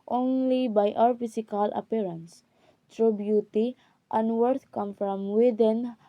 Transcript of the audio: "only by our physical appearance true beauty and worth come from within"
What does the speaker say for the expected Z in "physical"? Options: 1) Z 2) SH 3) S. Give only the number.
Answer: 3